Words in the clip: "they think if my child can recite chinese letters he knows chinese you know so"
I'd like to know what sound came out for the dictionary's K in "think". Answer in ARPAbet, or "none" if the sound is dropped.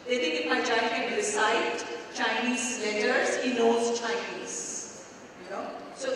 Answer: none